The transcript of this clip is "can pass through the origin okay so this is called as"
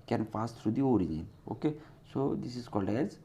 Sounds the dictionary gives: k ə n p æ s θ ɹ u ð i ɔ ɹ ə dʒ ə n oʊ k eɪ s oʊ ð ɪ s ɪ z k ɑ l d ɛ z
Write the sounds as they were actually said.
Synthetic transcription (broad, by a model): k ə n f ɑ s t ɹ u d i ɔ ɹ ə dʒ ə n oʊ k eɪ s oʊ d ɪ s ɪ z k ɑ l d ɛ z